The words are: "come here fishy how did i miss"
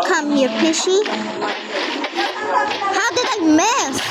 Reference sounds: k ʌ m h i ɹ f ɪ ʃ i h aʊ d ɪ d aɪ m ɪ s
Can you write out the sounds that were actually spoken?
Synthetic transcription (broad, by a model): k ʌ m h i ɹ p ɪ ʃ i h aʊ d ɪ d aɪ m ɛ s